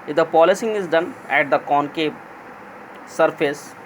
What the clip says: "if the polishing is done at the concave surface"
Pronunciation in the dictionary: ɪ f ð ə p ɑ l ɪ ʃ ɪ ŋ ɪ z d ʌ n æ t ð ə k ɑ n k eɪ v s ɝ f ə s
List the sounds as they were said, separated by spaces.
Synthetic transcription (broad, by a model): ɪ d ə p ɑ l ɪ s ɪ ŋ ɪ z d ʌ n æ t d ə k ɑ n k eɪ p s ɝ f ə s